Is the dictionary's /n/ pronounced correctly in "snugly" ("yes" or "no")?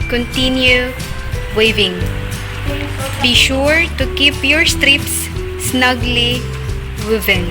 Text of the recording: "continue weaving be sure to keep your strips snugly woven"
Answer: yes